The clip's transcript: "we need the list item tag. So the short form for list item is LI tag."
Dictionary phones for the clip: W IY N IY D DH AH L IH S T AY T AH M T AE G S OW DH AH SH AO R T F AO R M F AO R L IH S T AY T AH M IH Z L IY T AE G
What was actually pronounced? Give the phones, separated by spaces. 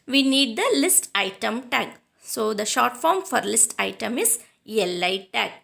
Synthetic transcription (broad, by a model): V IY N IY D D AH L IH S T AY T AH M T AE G S OW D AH SH AO R T F AO R M F AO R L IH S T AY T AH M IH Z L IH T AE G